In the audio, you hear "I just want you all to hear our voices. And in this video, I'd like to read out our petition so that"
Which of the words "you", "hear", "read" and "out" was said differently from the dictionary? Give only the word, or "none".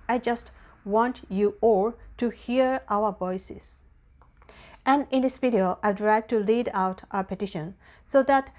read